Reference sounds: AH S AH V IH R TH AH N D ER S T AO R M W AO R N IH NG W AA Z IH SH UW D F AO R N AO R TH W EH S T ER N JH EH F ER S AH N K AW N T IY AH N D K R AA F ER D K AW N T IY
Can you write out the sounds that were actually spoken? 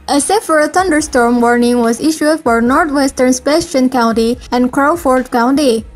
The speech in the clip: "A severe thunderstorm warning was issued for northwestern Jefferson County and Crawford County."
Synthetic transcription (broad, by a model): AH S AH F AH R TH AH N D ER S T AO R M W AO R N IH NG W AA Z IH SH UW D F AO R N AO R T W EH S T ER N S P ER SH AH N K AW N T IY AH N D K R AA F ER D K AW N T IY